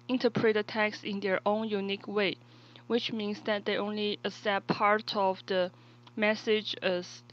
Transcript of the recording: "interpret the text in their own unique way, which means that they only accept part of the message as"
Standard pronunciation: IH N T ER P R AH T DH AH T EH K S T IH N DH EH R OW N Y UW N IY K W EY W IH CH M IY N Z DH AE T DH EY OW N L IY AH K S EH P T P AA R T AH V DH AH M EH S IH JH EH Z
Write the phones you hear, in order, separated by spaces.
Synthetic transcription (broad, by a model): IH N T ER P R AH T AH T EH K S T IH N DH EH R OW N Y UW N IY K W EY W IH CH M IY N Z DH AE T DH EY OW N L IY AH S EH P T P AA R T AH V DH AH M EH S IH JH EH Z